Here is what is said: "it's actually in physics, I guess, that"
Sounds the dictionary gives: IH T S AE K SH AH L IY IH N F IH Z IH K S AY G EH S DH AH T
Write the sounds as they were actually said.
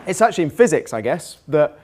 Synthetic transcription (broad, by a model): IH T S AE K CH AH L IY IH N F IH Z IH K S AY G EH S DH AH T